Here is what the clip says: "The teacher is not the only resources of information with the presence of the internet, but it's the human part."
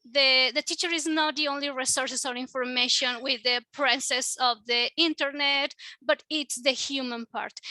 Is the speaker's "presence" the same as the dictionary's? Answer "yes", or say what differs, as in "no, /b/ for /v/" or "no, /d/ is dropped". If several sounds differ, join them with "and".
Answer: no, /s/ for /z/ and /n/ is dropped